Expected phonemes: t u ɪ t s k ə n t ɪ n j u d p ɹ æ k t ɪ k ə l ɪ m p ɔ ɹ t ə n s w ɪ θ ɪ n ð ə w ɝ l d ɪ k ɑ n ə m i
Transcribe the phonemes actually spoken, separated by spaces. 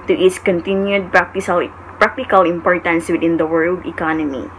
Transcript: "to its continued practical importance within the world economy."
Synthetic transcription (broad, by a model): t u ɪ t s k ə n t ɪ n j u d p ɹ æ k t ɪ k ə l ɪ m p ɔ ɹ t ə n s w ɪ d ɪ n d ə w ɝ l d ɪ k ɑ n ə m i